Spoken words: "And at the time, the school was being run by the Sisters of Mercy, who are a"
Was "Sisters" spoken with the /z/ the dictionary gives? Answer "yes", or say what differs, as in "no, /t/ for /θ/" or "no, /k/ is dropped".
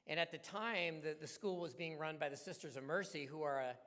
yes